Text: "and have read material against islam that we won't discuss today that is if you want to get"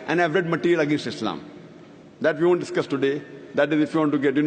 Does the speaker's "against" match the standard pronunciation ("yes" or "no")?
yes